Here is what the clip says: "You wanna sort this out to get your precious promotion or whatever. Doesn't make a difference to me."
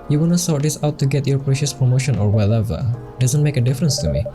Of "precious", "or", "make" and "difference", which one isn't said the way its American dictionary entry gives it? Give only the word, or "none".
none